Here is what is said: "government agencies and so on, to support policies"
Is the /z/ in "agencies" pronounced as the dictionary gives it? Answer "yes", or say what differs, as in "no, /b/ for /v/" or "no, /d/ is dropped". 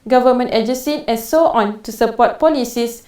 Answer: no, /z/ is dropped